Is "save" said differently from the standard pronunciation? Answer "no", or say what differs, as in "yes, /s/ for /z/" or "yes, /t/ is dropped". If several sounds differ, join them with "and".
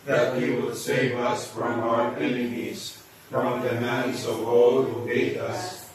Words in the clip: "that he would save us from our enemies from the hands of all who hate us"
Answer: no